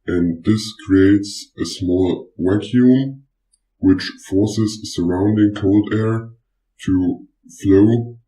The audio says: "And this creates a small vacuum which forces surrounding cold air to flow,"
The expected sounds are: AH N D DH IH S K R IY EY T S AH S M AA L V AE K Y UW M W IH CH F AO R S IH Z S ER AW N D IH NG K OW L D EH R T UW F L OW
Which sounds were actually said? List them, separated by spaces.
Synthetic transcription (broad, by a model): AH N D DH IH S K R IY EY T S AH S M AA L W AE K Y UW M W IH CH F AO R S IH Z S ER AW N D IH NG K OW L D EH R T UW F L OW